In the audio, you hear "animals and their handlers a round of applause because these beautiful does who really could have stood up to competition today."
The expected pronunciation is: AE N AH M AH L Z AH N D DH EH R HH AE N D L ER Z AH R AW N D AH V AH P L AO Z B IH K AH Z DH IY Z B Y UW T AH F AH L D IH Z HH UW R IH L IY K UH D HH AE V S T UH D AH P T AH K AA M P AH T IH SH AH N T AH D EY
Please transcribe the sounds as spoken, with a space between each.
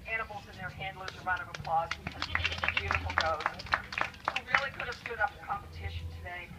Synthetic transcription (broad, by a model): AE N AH M L Z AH N DH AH R HH AE N D L ER Z AH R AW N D AH V AH P L AO Z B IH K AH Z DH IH B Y UW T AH F L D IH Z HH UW R IH L IY K UH D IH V S T UH D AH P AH K AA M P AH T IH SH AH N T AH D EY